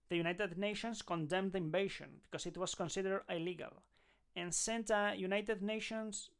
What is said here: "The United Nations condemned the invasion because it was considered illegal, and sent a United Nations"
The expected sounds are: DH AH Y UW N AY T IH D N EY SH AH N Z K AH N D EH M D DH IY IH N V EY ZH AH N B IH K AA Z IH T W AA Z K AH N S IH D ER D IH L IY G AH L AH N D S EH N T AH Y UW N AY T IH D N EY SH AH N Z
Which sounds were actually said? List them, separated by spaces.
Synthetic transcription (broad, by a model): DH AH Y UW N AY T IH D N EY SH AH N S K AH N D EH M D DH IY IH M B EY SH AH N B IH K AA S IH T W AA S K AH N S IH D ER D IH L IY G AH L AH N S EH N T AH Y UW N AY T IH D N EY SH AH N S